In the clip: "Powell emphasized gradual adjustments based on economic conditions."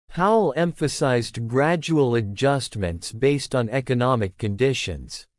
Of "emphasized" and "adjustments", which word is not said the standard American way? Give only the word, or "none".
none